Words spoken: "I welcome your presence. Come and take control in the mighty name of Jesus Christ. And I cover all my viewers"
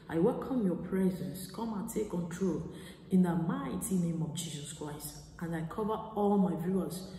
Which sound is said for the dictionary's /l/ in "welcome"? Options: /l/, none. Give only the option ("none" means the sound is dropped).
/l/